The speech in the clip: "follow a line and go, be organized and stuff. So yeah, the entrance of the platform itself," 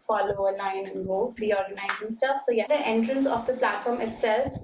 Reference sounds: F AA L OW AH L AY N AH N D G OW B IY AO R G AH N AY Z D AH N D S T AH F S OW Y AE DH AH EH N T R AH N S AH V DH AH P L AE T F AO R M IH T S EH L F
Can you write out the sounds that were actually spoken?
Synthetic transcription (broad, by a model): F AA L OW AH L AY N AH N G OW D IY AO R G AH N AY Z AH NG S T AH F S OW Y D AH EH N T R AH N S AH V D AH P L AE T F AO R M IH T S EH L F